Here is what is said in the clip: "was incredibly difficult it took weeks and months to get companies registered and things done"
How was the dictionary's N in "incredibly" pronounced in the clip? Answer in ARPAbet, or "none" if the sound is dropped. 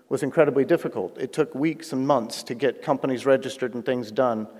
N